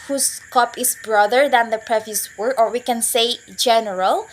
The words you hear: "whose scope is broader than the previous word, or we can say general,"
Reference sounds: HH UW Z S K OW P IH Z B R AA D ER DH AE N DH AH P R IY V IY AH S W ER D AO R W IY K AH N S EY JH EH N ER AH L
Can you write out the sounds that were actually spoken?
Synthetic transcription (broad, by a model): HH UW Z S K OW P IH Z B R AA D ER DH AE N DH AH P R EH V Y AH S W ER AO R W IY K AH N S EY JH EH N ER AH L